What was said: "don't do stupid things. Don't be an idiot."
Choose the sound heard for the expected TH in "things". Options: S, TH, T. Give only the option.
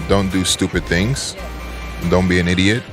TH